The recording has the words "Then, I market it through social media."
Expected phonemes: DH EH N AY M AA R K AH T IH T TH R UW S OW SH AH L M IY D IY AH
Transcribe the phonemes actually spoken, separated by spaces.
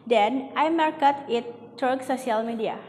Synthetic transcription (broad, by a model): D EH N AY M AA R K AH T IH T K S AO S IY AH L M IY D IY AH